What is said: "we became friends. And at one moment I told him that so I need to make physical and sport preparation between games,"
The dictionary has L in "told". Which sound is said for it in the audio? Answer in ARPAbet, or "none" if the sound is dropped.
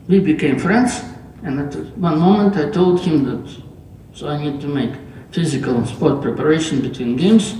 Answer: L